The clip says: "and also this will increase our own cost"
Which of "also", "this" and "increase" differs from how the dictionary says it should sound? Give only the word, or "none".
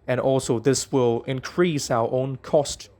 none